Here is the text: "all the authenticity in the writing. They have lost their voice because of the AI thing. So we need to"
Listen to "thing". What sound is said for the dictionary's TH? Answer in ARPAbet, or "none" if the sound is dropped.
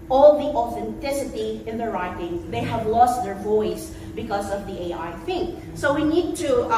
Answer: F